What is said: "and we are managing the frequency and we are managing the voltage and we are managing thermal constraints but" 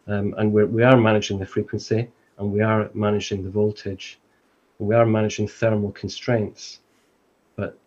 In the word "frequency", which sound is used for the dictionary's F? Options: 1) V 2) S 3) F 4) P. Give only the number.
3